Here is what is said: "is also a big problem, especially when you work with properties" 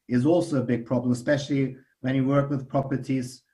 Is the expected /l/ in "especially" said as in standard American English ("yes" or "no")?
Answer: yes